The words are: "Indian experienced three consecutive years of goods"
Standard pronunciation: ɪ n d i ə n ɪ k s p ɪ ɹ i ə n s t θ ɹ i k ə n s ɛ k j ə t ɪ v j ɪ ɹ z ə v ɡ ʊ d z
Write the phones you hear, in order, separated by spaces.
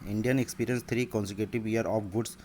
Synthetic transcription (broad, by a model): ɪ n d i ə n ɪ k s p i ɹ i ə n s t ɹ i k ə n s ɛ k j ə t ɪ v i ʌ ɹ ə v ɡ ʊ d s